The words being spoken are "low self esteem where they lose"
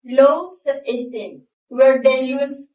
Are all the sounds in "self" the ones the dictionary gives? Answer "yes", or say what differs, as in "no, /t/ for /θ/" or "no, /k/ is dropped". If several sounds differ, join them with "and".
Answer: no, /l/ is dropped